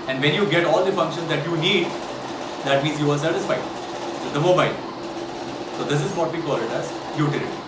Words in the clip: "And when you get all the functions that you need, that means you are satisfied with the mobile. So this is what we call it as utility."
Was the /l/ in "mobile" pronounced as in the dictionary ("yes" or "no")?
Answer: no